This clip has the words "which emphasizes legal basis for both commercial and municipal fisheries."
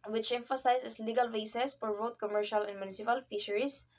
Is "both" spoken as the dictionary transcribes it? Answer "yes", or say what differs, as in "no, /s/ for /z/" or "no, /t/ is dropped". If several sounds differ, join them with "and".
no, /t/ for /θ/